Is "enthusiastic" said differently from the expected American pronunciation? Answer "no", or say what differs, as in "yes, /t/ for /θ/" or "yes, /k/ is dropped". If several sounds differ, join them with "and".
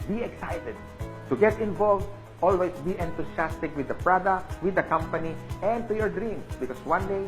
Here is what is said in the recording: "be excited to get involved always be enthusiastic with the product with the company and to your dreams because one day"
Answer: yes, /t/ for /θ/ and /s/ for /z/